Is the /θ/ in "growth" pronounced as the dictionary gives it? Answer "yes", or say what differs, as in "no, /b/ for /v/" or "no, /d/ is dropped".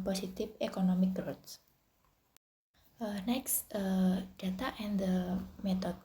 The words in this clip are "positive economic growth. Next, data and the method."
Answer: no, /t/ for /θ/